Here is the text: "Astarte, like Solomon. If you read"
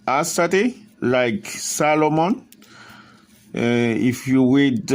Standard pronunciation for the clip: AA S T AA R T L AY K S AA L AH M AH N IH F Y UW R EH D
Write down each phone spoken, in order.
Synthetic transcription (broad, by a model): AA S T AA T L AY K S AA L AH M AH N IH F Y UW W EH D